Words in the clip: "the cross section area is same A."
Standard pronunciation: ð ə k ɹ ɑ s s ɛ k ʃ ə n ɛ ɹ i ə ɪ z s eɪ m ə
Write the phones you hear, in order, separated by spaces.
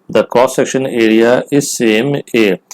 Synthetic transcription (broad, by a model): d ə k ɑ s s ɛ k ʃ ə n ɛ ɹ i ə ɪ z s eɪ m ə